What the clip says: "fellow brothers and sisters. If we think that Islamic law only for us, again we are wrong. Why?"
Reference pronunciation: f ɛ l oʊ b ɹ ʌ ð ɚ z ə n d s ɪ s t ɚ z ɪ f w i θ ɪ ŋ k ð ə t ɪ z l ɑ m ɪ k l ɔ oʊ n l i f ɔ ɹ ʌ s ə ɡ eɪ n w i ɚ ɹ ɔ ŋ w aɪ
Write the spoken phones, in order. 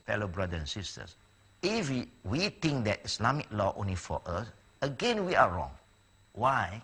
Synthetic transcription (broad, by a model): f ɛ l oʊ b ɹ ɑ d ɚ ə n s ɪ s t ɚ s ɪ f w i t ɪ ŋ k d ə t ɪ s l ɑ m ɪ k l ɔ oʊ n l i f ɔ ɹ ʌ s ə ɡ eɪ n w i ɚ ɹ ɔ ŋ w aɪ